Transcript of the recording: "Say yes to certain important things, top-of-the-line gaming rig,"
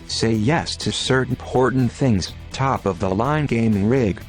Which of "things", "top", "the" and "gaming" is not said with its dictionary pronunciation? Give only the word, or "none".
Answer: none